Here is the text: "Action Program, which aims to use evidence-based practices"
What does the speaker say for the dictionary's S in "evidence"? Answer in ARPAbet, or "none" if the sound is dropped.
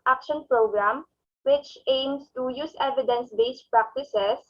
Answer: S